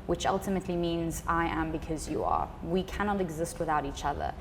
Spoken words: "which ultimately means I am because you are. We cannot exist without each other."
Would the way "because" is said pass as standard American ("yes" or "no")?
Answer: yes